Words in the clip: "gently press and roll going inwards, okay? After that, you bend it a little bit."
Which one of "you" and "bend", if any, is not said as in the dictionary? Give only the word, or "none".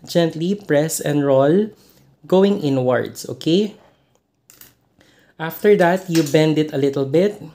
none